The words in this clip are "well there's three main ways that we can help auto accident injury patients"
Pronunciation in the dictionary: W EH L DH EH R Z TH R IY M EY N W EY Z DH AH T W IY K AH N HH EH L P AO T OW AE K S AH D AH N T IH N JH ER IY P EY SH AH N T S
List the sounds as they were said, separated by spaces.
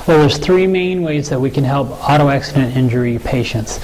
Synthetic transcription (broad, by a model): W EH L DH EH R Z TH R IY M EY N W EY Z DH AH T W IY K AH N HH EH L P AO T OW AE K S AH D AH N T IH N JH ER IY P EY SH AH N T S